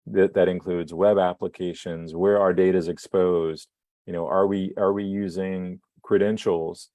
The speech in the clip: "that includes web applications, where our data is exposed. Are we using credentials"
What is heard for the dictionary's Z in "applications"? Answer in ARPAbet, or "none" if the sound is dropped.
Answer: Z